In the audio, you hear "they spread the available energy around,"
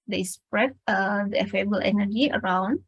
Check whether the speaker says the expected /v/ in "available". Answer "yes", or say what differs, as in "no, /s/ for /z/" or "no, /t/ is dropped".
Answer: no, /f/ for /v/